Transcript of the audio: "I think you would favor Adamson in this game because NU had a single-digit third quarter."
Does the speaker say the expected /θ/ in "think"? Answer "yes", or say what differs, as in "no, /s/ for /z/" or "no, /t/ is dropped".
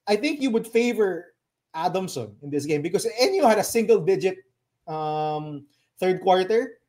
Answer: yes